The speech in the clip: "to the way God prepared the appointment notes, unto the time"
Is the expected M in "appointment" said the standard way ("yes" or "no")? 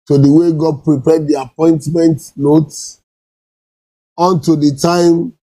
yes